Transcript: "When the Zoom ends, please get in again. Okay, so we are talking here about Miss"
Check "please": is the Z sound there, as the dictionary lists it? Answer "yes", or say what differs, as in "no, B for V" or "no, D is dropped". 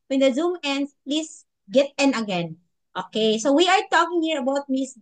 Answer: no, S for Z